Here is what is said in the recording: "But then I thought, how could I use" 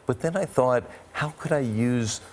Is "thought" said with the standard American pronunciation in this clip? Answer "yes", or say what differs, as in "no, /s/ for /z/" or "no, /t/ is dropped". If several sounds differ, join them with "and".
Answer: yes